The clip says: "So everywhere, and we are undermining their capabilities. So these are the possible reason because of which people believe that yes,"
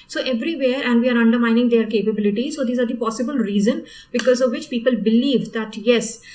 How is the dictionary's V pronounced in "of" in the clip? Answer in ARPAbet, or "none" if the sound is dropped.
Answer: V